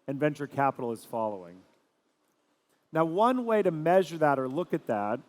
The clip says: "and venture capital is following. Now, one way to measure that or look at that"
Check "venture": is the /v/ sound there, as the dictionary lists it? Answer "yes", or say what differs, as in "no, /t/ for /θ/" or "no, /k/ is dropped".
yes